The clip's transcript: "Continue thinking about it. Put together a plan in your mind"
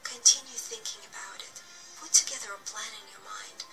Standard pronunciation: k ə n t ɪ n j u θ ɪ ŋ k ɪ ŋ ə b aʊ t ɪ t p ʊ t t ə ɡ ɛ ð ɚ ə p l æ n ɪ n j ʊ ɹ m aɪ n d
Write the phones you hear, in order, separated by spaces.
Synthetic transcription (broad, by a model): k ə n t ɪ n j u θ ɪ ŋ k ɪ ŋ ə b aʊ t ɪ t p ʊ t t ə ɡ ɛ ð ɚ ə p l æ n ɪ n j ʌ ɹ m aɪ n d